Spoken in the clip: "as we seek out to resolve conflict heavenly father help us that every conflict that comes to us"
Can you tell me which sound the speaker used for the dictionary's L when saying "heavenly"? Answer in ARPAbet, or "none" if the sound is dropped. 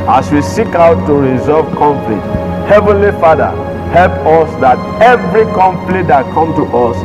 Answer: L